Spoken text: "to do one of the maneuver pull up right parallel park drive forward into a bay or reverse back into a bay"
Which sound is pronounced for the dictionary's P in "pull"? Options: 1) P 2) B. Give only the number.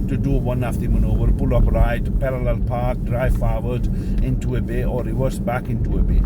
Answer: 2